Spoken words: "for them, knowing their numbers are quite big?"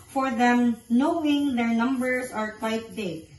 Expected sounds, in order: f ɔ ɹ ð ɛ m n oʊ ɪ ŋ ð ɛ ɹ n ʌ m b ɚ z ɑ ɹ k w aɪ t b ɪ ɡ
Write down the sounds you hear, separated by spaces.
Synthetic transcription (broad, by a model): f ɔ ɹ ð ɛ m n oʊ ɪ ŋ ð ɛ ɹ n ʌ m b ɚ s ɑ ɹ k w aɪ t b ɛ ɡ